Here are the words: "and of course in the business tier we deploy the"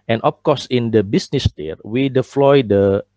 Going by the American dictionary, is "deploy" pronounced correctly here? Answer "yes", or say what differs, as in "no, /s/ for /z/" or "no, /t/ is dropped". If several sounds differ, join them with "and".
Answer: no, /f/ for /p/